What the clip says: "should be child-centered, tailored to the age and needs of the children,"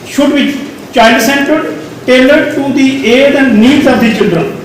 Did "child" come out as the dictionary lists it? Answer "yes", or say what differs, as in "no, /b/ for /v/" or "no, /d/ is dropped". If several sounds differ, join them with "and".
no, /n/ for /l/